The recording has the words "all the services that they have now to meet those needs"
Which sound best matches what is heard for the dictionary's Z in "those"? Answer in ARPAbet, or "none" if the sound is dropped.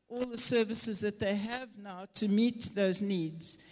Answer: Z